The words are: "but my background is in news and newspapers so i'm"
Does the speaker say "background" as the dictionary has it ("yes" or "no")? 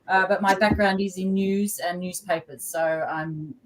yes